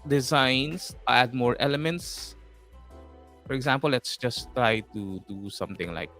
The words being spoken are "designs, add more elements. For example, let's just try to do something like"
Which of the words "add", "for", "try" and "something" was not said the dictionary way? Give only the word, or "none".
something